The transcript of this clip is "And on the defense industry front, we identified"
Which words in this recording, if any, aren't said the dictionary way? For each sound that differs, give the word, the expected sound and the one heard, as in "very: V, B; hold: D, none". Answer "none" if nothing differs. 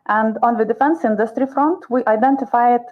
none